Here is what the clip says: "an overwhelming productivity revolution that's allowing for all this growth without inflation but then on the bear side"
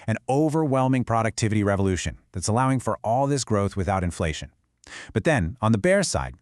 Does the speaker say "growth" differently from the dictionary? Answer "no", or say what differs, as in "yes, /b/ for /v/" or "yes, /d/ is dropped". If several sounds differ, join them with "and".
no